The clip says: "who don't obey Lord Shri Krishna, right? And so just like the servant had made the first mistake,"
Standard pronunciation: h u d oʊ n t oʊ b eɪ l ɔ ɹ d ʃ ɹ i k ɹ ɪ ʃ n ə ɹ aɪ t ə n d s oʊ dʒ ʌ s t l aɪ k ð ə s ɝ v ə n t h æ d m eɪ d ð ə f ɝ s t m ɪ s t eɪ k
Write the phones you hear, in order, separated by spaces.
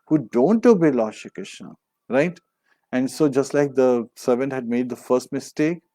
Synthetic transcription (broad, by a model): h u d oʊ n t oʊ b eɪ l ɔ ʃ i k ɪ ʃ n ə ɹ aɪ t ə n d s oʊ dʒ ʌ s t l aɪ k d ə s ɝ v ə n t h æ d m eɪ d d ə f ɝ s t m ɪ s t eɪ k